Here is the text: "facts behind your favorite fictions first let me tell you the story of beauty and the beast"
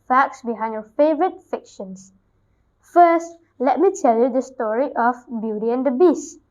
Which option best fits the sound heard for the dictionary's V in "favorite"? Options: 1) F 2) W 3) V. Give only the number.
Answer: 3